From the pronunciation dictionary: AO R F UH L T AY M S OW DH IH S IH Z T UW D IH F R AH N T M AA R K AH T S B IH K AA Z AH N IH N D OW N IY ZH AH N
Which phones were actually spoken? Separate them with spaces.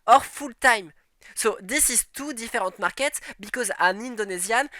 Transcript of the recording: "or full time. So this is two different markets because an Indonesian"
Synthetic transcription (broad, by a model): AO R F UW L T AY M S OW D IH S IH Z T UW D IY F R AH T M AA R K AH T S B IH K AA Z AH N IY N D OW N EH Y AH N